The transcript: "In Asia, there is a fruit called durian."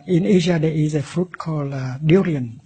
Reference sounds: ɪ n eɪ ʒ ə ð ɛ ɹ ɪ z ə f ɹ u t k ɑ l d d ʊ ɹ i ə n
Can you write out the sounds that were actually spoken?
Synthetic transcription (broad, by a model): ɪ n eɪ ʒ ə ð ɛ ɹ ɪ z ə f ɹ u t k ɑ l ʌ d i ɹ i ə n